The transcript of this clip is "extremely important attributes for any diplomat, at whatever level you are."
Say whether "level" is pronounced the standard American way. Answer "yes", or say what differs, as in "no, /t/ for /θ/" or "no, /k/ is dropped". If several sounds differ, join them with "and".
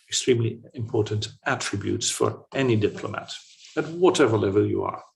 yes